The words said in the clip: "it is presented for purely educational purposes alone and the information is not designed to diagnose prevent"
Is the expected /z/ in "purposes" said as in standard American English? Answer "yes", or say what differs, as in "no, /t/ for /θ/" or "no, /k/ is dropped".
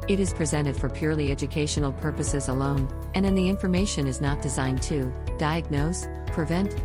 yes